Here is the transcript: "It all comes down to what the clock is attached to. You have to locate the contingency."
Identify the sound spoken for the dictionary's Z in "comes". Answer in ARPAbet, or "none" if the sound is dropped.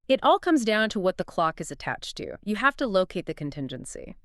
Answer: Z